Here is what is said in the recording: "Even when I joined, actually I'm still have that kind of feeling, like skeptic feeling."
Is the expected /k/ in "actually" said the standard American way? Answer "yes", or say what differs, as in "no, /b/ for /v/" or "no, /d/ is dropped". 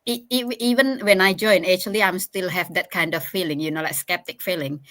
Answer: no, /k/ is dropped